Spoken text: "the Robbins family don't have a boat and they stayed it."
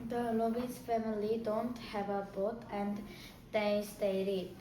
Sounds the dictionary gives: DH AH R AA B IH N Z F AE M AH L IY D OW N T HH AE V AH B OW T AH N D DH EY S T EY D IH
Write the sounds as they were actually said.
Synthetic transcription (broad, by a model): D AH L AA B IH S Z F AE M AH L IY D OW N T HH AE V AH B OW T AH N D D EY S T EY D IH